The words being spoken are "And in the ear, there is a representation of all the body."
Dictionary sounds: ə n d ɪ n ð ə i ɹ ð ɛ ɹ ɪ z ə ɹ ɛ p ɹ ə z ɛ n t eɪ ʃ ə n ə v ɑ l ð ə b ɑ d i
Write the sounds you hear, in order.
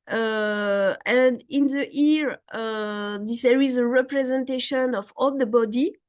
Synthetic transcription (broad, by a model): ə n d ɪ n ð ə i ɹ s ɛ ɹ ɪ z ə ɹ ɛ p ɹ ə z ɛ n t eɪ ʃ ə n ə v ɑ l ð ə b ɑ d i